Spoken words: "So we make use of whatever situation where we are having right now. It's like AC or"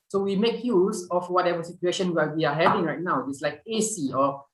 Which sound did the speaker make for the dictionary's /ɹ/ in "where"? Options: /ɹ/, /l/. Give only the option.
/l/